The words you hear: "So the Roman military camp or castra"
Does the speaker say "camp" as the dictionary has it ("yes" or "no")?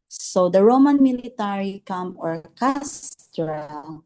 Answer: no